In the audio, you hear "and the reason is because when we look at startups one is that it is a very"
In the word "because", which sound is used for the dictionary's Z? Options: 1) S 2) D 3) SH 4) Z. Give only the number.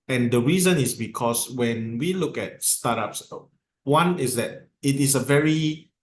1